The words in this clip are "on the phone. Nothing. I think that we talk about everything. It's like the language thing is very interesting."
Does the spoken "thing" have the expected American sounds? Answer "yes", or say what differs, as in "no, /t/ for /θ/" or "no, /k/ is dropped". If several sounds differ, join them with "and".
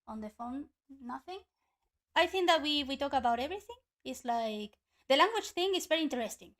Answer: yes